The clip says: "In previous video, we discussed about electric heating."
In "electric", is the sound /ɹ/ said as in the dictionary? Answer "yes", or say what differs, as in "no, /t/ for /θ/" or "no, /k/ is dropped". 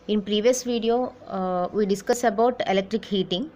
yes